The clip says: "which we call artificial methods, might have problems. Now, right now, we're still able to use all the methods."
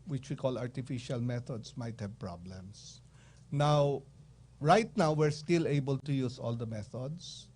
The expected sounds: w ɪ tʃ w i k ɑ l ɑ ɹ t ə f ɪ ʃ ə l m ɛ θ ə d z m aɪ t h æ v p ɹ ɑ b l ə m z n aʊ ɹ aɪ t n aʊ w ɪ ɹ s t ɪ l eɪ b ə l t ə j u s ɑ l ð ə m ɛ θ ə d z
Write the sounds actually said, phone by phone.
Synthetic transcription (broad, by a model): w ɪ tʃ w i k ɑ l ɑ ɹ t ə f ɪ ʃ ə l m ɛ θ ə d s m aɪ t h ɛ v p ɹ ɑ b l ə m s n aʊ ɹ aɪ t n aʊ w ɪ ɹ s t ɪ l eɪ b ə l t ə j u s ɑ l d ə m ɛ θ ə d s